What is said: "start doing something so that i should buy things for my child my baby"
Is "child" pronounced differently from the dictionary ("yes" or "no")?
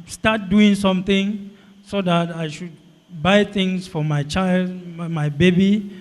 no